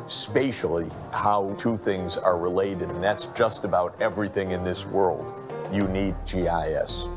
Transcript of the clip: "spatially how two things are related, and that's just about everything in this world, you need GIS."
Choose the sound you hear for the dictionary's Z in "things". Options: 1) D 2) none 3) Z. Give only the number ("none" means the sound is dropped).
3